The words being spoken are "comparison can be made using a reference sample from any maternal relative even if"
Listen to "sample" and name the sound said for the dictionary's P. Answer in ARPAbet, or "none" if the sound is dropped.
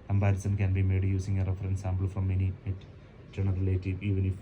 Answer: B